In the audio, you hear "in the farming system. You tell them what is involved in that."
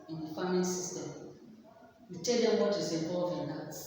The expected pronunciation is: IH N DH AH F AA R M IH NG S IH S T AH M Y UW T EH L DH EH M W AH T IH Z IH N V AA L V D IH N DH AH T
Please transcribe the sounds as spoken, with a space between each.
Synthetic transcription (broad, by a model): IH N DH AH F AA M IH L S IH S T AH M Y UW T EH L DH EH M W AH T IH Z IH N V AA L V IH N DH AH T